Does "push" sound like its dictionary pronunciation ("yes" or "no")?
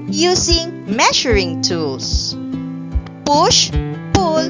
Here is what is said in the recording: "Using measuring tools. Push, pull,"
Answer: yes